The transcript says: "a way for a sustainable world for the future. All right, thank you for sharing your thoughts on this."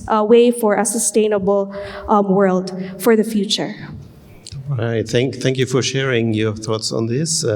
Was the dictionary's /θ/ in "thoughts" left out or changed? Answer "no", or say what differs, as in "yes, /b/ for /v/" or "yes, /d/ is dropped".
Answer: no